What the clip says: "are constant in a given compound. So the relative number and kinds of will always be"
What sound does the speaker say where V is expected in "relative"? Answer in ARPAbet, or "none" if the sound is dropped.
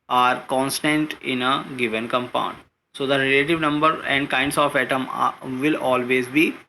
V